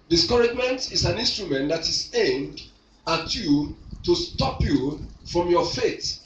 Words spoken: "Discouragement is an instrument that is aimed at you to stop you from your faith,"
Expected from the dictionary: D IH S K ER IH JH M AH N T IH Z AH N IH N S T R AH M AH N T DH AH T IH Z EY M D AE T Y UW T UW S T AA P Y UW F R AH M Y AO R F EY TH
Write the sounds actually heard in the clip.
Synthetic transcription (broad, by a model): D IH S K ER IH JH M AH N T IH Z AH N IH N S T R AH M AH N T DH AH T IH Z EY M D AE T Y UW T UW S T AA P Y UW F R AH M Y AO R F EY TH